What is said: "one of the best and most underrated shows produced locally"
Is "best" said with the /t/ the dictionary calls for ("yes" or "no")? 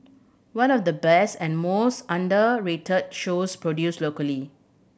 yes